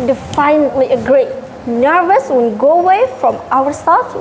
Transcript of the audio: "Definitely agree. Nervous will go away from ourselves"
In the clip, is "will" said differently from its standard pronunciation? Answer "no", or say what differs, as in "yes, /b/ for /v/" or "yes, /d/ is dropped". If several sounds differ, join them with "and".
yes, /n/ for /l/